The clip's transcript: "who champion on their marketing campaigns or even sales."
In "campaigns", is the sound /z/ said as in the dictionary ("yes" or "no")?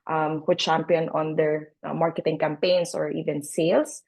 no